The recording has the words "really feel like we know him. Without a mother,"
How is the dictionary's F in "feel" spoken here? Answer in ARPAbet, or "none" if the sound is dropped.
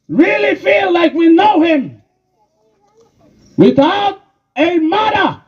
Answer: F